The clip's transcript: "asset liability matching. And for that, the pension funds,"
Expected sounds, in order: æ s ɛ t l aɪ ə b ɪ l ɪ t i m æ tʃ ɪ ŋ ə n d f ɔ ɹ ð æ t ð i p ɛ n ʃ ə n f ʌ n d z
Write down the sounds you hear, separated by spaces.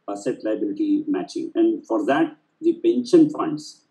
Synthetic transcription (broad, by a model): s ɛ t l aɪ ə b ɪ l ɪ t i m æ tʃ ɪ ŋ ə n d f ɔ ɹ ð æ t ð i p ɛ n ʃ ə n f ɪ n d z